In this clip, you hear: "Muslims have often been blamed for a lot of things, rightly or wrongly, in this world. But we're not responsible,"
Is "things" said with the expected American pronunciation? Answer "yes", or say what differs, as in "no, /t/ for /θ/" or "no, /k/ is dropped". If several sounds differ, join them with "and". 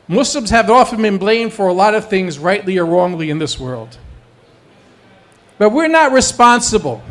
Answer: yes